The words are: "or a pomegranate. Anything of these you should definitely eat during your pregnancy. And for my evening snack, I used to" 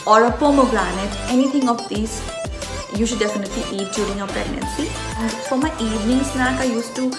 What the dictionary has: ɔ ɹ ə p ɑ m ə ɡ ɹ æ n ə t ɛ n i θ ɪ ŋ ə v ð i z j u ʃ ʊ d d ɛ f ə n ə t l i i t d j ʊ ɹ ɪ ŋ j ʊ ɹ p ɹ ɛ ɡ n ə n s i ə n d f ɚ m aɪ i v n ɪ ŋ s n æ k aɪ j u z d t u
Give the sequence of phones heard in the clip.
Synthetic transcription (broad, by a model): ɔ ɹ ə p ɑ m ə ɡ l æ n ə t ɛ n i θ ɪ ŋ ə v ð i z j u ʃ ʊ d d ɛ f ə n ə t l i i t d j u ɹ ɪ ŋ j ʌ p ɹ ɛ ɡ n ə n s i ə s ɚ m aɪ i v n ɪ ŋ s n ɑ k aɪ j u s t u